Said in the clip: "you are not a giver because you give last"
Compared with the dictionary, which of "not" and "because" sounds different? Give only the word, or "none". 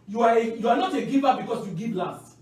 because